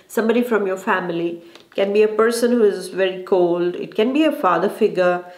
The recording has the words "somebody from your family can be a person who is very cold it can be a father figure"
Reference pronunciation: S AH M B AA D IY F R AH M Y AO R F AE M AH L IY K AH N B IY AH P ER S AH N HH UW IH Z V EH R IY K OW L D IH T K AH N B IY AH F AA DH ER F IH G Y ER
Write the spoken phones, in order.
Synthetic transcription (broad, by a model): S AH M B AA D IY F R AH M Y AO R F AE M AH L IY K AH N B IY AH P ER S AH N HH UW IH Z V EH R IY K OW L D IH T K AH N B IY AH F AA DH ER F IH G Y ER